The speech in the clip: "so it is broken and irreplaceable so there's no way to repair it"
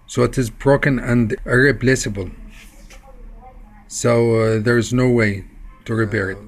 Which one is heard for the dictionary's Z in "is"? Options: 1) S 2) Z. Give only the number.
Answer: 2